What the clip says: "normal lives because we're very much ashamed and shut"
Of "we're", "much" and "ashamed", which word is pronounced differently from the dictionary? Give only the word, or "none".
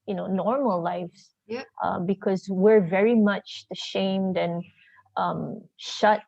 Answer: none